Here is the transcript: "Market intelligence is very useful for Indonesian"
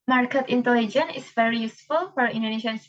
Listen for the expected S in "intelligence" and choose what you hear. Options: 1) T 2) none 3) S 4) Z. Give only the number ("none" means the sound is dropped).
2